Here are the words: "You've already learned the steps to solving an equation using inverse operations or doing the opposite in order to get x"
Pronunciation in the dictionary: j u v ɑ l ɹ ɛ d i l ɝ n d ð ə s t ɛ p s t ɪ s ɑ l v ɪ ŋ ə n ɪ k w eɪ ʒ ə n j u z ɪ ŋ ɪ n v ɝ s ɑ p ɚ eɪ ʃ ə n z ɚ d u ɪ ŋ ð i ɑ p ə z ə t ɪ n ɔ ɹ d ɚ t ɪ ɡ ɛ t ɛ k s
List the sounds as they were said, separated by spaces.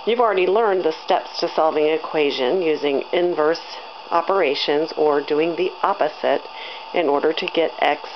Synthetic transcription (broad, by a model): j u v l ɹ ɛ d i l ɝ n ð ə s t ɛ p s t ɪ s ɑ l v ɪ ŋ ɪ k w eɪ ʒ ə n j u z ɪ ŋ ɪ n v ɝ s ɑ p ɚ eɪ ʃ ə n z ɚ d u ɪ ŋ ð i ɑ p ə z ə t ɪ n ɔ ɹ d ɚ t ɪ ɡ ɛ t ɛ k s